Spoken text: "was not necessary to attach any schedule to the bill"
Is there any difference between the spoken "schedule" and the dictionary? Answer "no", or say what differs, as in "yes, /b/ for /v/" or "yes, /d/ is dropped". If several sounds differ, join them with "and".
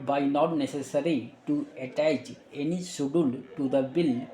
yes, /k/ is dropped